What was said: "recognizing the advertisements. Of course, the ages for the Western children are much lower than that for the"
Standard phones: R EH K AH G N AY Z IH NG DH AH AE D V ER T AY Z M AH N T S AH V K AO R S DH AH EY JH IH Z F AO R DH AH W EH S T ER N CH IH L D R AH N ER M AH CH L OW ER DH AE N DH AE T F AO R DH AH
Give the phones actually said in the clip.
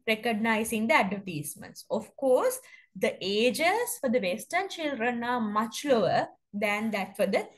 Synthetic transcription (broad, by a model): R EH K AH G N AY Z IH NG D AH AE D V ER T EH S M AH N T S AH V K AO R S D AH EY JH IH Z F AO R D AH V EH S T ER N SH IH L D R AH N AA M AH CH L OW ER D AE N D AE T F AO R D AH